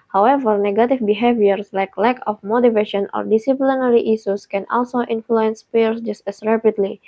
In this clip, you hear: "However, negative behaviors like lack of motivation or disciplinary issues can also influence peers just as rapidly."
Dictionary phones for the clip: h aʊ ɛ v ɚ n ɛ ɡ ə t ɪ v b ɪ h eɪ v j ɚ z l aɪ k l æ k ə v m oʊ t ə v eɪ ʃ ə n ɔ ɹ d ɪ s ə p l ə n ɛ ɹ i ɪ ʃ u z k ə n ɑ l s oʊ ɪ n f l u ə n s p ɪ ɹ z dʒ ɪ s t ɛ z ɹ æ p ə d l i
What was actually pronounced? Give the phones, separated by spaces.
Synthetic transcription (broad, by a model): h aʊ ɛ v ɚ n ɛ ɡ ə t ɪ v b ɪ h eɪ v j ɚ s l aɪ k l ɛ k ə f m oʊ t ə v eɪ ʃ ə n ɔ ɹ d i s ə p l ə n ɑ ɹ i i s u s k ə n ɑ l s oʊ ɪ n f l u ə n s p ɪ ɹ s dʒ ɪ s t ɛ s ɹ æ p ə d l i